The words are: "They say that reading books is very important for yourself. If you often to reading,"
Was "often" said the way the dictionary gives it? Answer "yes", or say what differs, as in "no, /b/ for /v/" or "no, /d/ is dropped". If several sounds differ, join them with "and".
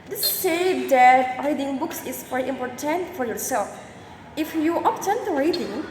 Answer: no, /p/ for /f/